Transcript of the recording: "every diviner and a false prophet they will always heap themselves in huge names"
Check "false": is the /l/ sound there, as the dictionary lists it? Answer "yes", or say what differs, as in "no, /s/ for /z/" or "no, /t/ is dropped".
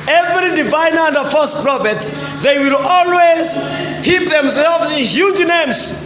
no, /l/ is dropped